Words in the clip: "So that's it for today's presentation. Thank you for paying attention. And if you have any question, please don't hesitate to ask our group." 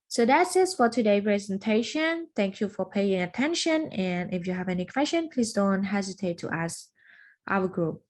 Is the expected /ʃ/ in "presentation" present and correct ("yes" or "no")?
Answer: yes